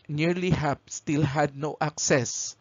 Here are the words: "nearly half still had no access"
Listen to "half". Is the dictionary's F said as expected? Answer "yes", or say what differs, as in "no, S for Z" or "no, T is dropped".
no, P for F